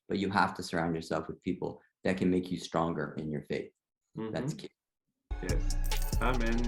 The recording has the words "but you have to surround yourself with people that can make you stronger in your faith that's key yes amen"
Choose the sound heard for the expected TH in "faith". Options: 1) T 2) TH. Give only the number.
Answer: 2